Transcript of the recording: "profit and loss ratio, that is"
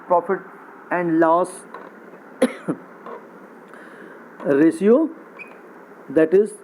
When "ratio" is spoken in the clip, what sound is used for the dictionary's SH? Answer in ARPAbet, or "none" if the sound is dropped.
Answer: S